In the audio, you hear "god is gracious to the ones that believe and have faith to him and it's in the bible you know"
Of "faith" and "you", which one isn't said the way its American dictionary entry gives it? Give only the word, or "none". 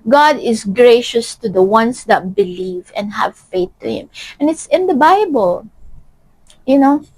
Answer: none